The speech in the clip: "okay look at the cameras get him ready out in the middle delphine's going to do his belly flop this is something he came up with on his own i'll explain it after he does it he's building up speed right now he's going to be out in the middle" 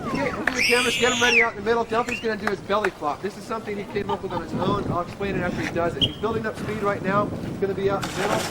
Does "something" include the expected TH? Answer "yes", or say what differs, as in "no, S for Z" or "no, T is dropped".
yes